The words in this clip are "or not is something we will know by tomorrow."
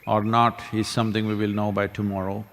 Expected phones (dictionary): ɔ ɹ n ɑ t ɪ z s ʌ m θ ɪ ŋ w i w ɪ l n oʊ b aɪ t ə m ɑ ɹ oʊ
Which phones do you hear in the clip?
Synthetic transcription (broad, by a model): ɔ ɹ n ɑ t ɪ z s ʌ m t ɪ ŋ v i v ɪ l n oʊ b aɪ t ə m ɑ ɹ oʊ